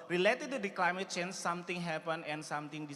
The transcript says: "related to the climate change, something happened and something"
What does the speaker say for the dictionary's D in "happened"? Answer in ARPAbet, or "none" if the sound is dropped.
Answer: none